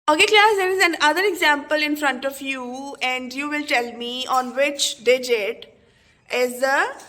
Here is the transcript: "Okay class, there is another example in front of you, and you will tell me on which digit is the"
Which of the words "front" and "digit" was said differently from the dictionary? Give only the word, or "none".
none